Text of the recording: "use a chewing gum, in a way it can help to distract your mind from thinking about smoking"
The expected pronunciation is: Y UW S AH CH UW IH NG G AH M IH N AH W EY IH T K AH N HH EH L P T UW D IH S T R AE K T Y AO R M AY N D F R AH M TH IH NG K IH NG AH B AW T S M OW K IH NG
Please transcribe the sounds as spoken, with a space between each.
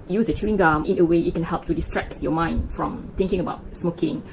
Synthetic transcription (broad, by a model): Y UW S AH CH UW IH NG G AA M IH N AH W EY IH T K AH N HH EH L P T UW D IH S T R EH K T Y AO M AY N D F R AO M T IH NG K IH NG AH B AW T S M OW K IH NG